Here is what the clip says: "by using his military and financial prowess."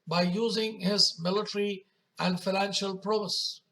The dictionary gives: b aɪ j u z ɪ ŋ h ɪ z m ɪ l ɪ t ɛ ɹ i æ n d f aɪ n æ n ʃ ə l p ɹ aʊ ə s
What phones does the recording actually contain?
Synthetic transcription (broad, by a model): b aɪ j u z ɪ ŋ h ɪ z m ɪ l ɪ t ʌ ɹ i æ n d f aɪ n æ n ʃ ə l p ɹ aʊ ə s